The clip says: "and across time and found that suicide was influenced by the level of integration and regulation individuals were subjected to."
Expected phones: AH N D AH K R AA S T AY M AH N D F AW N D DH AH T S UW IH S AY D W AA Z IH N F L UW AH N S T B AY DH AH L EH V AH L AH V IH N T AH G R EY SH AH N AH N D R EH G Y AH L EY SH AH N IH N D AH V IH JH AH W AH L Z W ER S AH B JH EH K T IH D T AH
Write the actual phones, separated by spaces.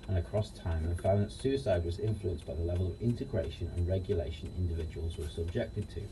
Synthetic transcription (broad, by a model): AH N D AH K R AA S T AY M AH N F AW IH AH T S UW IH S AY D W AA Z IH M F L UW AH N S B AY DH AH L EH V AH L AH V IH N T AH G R EY SH AH N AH N R EH G Y AH L EY SH AH N IH N D AH V IH JH AH W AH L Z W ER S AH B JH EH K T IH D T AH